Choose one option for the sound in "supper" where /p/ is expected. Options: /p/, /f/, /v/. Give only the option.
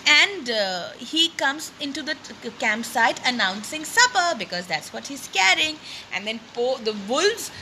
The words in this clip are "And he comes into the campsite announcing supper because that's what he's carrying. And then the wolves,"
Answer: /p/